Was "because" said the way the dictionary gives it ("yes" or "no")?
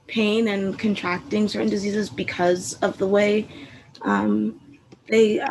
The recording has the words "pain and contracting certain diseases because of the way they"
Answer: yes